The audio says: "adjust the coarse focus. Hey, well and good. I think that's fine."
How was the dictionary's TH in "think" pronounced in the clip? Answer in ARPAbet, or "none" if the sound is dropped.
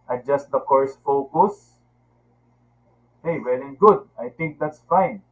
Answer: T